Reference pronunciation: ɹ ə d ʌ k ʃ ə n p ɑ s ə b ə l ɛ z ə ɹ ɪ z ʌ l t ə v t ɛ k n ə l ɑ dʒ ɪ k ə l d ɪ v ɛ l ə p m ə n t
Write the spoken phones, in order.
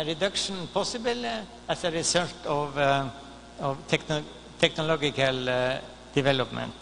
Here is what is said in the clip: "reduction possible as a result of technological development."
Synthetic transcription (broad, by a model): ɹ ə d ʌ k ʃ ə n p ɑ s ə b ə l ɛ s ə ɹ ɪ s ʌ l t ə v t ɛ k n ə l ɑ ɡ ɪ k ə l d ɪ v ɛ l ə p m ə n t